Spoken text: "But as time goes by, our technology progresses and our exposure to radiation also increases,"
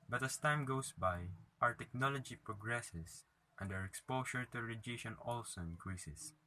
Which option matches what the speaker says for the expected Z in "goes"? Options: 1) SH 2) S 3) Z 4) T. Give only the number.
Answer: 2